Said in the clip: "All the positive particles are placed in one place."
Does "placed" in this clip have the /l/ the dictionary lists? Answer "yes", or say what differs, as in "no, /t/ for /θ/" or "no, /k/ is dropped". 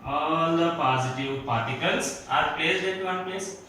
no, /l/ is dropped